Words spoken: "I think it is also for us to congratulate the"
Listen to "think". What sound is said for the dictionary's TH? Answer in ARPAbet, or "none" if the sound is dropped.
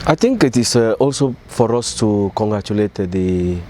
T